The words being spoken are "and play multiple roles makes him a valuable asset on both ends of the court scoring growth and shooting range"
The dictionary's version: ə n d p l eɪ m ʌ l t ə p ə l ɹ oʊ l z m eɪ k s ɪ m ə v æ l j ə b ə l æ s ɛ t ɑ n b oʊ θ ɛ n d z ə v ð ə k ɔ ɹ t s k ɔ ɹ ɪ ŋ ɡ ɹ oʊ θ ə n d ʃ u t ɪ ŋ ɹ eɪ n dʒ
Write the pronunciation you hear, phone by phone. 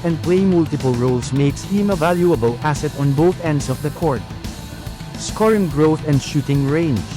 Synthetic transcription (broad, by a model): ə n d p l eɪ m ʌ l t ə p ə l ɹ oʊ l s m eɪ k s ɪ m ə v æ l j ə b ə l æ s ɛ t ɑ n b oʊ θ ɛ n d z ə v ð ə k ɔ ɹ t s k ɔ ɹ ɪ ŋ ɡ ɹ oʊ θ ə n d ʃ u t ɪ ŋ ɹ eɪ n